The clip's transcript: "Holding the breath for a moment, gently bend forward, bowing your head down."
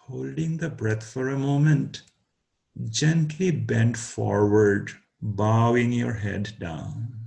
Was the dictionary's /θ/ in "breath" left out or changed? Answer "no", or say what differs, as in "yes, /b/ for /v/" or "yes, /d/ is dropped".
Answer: yes, /t/ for /θ/